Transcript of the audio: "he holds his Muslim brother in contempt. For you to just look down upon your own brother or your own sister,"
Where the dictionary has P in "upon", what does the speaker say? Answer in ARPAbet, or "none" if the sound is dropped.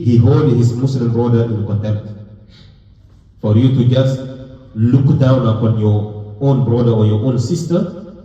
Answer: F